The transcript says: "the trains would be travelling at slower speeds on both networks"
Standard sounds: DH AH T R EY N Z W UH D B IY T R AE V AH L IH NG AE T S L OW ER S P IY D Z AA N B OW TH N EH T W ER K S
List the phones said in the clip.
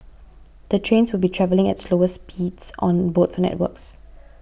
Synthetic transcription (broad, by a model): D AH T R EY N S W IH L B IY T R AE V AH L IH NG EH T S L OW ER S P IY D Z AA N B OW F N EH T W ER K S